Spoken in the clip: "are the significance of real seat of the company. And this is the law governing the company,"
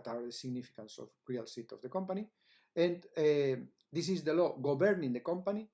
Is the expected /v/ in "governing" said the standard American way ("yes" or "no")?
no